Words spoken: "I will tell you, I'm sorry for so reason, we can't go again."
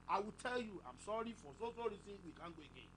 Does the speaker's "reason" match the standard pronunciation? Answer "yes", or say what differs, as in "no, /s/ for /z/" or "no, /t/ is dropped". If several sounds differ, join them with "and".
no, /s/ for /z/